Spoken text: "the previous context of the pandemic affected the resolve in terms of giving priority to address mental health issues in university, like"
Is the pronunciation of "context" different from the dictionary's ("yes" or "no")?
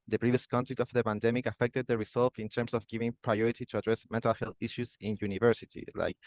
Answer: yes